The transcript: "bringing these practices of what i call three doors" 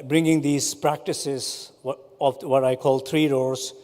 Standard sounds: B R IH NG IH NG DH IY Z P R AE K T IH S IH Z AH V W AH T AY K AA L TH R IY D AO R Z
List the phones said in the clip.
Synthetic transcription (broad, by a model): B R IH NG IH NG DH IY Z P R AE K T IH S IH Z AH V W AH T AY K AA L T R IY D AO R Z